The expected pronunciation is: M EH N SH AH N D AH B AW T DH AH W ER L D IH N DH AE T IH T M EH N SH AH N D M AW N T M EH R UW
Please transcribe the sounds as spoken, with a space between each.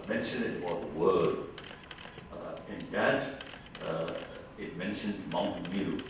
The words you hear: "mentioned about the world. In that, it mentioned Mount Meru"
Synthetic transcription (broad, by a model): M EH N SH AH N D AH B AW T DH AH W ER D IH N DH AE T IH T M EH N SH AH N D M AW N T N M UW